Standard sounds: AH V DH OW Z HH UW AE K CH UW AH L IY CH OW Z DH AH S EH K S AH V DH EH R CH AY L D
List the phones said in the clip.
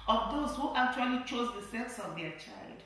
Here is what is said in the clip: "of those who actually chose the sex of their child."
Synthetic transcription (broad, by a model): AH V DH OW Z HH UW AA K CH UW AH L IY CH OW Z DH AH S EH K S AH V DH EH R CH AY L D